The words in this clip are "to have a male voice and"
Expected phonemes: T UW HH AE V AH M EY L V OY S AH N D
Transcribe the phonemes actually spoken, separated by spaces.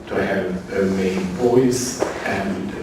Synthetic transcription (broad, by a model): T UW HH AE V AH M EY N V OY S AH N